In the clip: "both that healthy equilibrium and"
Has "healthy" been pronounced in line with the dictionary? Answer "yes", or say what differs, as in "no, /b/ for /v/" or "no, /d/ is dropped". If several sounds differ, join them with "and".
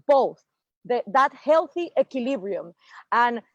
yes